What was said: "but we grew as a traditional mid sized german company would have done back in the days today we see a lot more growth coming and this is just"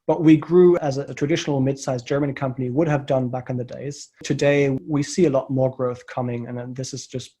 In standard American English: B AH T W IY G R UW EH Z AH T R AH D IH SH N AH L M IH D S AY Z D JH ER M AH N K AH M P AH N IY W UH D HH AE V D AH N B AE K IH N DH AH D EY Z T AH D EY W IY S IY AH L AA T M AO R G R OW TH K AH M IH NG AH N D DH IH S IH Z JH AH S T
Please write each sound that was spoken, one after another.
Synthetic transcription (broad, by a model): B AH T W IY G R UW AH Z AH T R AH D IH SH N L M IH D S AY Z JH ER M AH N K AH M P AH N IY W UH D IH V D AH N B AE K IH N DH AH D EY Z T AH D EY W IY S IY AH L AA T M AO R G R OW TH K AH M IH NG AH N DH IH S IH Z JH AH S T